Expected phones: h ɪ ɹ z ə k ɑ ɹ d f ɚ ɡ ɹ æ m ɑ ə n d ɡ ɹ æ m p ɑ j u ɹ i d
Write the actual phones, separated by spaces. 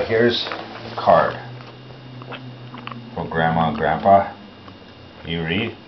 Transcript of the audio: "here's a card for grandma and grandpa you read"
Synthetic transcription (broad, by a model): h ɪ ɹ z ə k ɑ ɹ d f ɚ ɡ ɹ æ m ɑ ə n ɡ ɹ æ m p ɑ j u ɹ i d